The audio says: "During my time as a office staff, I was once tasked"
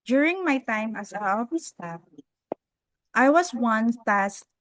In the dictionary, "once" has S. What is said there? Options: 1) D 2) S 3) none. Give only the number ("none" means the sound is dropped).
3